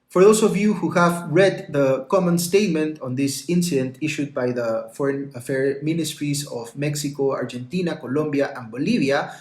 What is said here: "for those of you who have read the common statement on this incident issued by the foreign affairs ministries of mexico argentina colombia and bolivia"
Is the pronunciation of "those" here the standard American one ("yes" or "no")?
no